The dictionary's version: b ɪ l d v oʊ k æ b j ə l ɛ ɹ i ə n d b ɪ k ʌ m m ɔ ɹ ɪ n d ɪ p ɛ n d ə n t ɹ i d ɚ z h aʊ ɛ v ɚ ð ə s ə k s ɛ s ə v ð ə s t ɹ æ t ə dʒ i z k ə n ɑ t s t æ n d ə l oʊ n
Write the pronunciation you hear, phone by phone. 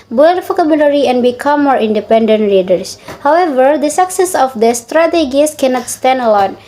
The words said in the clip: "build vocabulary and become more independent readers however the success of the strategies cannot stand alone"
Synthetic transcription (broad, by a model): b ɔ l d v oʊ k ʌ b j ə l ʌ ɹ i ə n b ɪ k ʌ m m ɔ ɹ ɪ n d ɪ p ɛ n d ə n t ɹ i d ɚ s h aʊ ɛ v ɚ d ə s ə k s ɛ s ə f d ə s t ɹ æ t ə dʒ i s k ə n ɑ t s t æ n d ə l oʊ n